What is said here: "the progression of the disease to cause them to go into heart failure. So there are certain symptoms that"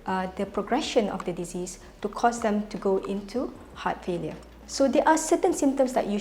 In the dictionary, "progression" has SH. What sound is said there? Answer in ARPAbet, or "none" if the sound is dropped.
SH